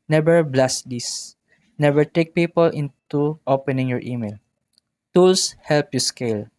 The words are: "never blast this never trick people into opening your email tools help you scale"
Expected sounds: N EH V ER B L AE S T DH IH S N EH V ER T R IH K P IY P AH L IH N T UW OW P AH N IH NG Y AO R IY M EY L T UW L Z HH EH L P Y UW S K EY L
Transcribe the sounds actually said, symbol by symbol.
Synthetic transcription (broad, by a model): N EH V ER B L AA S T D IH S N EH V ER T EH K P IY P AH L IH N T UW OW P AH N IH NG Y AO R IY M EY L T UW L S HH EH L P Y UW S K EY L